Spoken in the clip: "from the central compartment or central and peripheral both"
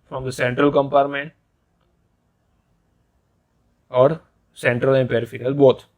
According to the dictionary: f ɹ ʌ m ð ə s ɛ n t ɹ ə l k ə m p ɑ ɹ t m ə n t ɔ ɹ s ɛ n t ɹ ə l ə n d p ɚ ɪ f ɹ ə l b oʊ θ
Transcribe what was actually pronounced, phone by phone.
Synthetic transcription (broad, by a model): f ɹ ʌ m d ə s ɛ n t ɹ ə l k ə m p ɑ ɹ t m ə n t ɔ ɹ s ɛ n t ɹ ə l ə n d p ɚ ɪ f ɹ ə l b oʊ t